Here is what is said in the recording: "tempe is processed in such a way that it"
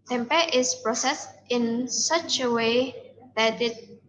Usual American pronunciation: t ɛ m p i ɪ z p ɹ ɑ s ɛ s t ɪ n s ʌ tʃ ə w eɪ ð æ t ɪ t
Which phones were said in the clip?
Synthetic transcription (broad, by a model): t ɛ m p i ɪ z p ɹ ɑ s ɛ s t ɪ n s ʌ tʃ ə w eɪ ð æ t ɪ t